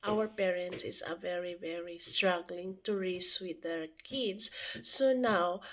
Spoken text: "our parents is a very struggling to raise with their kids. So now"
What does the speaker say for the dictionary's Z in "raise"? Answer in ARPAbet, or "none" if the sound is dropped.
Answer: S